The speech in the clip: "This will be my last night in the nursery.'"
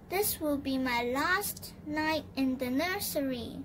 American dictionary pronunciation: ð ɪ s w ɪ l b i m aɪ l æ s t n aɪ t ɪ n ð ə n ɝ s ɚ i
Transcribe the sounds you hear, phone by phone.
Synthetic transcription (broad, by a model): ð ɪ s w ɪ l b i m aɪ l æ s t n aɪ t ɪ n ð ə n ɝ s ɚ i